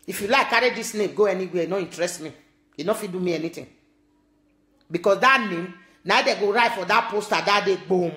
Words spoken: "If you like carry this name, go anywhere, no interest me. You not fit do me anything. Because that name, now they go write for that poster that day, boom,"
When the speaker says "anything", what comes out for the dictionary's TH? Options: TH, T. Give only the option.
T